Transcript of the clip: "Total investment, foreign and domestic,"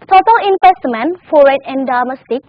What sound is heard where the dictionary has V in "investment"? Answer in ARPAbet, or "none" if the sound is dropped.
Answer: P